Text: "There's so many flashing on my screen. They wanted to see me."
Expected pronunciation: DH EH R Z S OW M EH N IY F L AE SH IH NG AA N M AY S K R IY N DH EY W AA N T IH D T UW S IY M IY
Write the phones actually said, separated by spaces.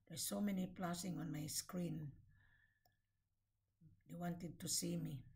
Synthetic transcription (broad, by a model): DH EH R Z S OW M EH N IY P L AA S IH NG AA N M AY S K R IY N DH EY W AA N T IH D T UW S IY M IY